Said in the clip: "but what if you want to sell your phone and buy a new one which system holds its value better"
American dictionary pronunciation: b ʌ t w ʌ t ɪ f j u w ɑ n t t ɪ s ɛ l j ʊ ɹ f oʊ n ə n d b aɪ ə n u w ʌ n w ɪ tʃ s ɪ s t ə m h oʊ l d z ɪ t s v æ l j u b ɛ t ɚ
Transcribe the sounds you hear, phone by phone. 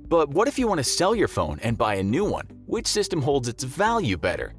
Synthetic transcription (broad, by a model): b ʌ t w ʌ t ɪ f j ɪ w ɑ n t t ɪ s ɛ l j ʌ ɹ f oʊ n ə n b aɪ ə n u w ʌ n w ɪ tʃ s ɪ s t ə m h oʊ l d z ɪ t s v æ l j u b ɛ t ɚ